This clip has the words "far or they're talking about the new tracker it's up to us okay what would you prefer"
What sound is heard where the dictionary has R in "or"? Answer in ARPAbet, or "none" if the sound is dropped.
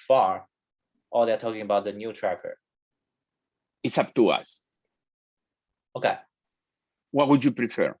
L